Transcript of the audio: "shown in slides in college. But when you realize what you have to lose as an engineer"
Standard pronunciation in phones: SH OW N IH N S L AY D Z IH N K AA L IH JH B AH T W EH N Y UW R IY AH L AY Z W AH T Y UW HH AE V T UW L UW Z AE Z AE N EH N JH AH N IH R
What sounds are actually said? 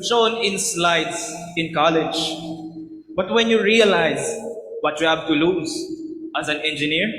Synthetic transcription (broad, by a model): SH OW N IH N S L AY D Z IH N K AA L IH JH B AH T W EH N Y UW R IY AH L AY Z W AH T Y UW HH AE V T UW L UW Z AE Z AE N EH N JH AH N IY R